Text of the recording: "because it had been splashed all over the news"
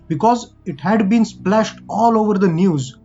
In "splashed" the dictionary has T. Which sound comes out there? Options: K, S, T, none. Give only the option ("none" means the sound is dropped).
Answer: T